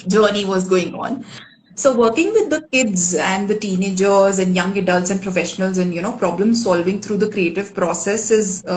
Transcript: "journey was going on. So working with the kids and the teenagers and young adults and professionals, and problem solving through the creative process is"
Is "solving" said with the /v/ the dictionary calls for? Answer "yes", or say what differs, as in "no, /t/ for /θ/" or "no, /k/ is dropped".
yes